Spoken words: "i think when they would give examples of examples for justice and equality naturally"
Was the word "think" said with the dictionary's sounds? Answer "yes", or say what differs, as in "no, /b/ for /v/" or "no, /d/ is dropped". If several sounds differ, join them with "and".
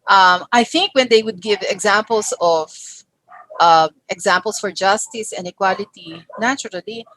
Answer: yes